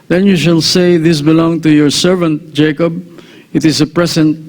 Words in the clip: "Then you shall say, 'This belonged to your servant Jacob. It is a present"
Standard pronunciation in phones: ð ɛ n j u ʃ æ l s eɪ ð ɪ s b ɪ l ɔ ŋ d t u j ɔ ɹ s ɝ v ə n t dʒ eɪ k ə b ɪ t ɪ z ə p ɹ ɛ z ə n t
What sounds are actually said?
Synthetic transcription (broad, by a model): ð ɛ n j u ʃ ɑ l s eɪ ð ɪ s b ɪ l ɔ ŋ t u j ɔ ɹ s ɝ v ə n t dʒ eɪ k ə b ɪ t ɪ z ə p ɹ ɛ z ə n t